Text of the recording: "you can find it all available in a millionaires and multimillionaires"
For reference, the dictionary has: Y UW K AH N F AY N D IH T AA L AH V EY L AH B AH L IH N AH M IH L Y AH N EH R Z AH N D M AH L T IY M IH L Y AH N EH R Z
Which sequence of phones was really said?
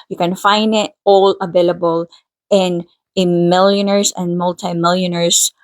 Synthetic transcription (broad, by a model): Y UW K AH N F AY N D IH T AA L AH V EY L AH B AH L IH N AH M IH L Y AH N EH R S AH N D M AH L T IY M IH L Y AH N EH R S